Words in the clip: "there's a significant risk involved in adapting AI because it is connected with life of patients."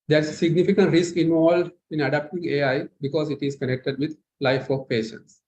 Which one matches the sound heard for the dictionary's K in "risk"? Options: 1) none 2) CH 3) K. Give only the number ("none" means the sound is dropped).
3